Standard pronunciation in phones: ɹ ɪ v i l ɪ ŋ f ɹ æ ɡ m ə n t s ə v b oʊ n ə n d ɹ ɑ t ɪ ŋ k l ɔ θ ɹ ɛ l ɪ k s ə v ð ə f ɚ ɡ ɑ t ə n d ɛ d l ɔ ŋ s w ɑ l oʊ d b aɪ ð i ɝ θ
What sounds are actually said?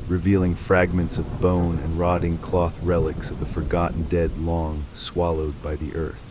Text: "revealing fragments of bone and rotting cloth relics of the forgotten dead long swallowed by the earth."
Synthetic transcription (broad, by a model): ɹ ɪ v i l ɪ ŋ f ɹ æ ɡ m ə n t s ə v b oʊ n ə n ɹ ɑ t ɪ ŋ k l ɔ θ ɹ ɛ l ɪ k s ə v ð ə f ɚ ɡ ɑ t n d ɛ d l ɔ ŋ s w ɑ l oʊ d b aɪ ð i ɝ θ